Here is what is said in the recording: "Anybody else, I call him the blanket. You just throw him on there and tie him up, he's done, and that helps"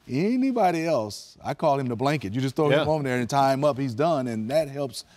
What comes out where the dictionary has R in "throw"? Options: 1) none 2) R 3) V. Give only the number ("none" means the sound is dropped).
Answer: 1